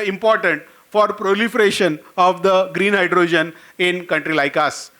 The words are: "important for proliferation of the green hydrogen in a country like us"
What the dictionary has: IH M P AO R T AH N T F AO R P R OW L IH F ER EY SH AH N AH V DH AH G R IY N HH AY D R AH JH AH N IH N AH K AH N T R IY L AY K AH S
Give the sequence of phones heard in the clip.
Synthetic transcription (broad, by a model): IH M P AO R T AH N T F AO R P R OW L IH F ER EY SH AH N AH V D AH G R IY N HH AY D R AH JH AH N IH N K AH N T R IY L AY K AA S